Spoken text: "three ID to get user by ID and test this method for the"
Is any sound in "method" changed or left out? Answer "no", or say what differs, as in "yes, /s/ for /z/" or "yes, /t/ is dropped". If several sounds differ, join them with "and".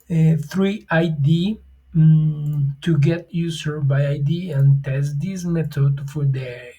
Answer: yes, /t/ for /θ/